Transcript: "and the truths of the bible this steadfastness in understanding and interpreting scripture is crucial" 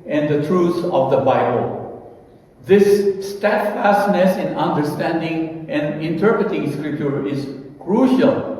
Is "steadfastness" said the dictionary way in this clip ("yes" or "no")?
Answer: yes